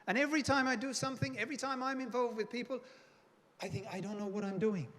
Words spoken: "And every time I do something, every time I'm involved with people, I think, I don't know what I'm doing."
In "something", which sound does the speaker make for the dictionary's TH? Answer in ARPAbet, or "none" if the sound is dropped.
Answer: TH